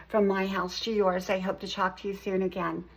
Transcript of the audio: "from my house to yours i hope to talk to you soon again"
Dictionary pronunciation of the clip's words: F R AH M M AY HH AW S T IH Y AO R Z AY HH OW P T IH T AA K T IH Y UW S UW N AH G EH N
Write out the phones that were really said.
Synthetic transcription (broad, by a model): F R AH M M AY HH AW S T IH Y AO R Z AY HH OW P T IH T AA K T IH Y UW S UW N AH G EH N